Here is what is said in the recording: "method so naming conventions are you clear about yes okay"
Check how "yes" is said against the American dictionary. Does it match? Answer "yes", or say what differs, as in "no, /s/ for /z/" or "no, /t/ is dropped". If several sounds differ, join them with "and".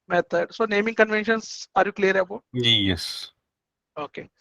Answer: yes